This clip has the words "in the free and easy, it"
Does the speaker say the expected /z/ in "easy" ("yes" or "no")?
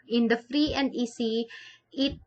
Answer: no